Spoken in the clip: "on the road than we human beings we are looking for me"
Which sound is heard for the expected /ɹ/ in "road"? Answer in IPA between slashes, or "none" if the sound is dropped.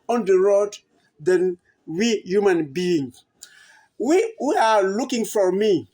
/ɹ/